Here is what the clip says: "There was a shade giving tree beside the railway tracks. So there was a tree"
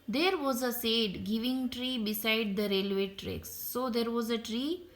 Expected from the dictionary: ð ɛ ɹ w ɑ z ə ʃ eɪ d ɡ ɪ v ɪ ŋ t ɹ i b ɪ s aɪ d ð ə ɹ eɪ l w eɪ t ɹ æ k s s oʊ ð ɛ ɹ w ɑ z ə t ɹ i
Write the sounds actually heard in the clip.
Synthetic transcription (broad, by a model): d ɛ ɹ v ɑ z ə s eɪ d ɡ ɪ v ɪ ŋ t ɹ i b ɪ s aɪ d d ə ɹ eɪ l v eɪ t ɹ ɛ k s s oʊ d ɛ ɹ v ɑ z ə t ɹ i